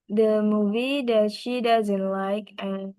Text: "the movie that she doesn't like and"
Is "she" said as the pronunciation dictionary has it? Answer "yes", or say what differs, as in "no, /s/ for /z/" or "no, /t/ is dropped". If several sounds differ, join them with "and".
yes